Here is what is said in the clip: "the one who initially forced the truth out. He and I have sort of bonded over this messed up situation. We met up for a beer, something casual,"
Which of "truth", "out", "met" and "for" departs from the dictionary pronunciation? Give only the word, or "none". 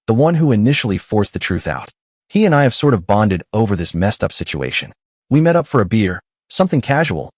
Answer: none